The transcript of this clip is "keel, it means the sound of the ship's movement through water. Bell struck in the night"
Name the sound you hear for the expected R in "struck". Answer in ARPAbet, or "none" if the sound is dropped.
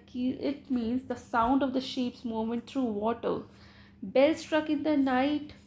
R